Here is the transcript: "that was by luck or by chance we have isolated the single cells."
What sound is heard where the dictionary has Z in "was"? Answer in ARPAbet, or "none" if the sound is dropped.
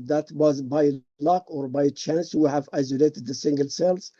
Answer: Z